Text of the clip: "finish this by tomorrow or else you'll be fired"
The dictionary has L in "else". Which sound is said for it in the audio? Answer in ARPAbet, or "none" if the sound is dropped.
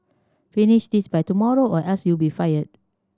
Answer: none